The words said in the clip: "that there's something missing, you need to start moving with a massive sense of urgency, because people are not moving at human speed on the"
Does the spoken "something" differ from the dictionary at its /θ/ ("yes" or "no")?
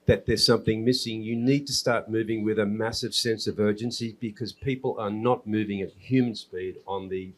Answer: no